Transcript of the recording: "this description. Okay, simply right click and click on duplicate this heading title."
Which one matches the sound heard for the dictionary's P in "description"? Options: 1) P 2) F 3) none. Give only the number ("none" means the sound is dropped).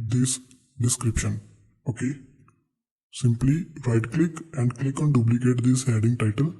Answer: 1